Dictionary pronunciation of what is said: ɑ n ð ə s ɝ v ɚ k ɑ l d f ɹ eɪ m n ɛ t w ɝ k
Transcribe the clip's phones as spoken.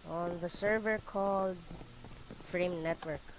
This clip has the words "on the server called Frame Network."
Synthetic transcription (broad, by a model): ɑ n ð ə s ɝ v ɚ k ɑ l d f ɹ eɪ m n ɛ t w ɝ k